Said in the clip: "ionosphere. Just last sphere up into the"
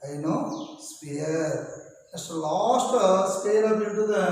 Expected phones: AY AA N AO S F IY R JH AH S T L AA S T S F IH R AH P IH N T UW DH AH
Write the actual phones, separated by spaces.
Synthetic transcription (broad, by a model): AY N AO S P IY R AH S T L AA S T S P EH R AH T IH T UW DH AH